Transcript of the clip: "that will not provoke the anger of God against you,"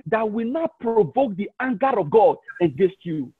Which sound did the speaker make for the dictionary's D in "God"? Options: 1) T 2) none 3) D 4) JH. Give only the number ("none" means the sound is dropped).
3